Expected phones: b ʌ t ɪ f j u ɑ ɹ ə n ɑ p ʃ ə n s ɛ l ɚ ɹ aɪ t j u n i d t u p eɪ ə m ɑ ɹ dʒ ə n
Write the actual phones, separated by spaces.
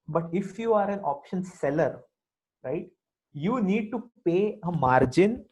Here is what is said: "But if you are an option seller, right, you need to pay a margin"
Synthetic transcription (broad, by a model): b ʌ t ɪ f j u ɑ ɹ ə n ɑ p ʃ ə n s ɛ l ɚ ɹ aɪ t j u n i d t u p eɪ ə m ɑ ɹ dʒ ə n